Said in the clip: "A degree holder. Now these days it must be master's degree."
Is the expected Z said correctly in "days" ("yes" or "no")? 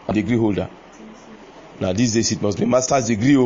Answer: no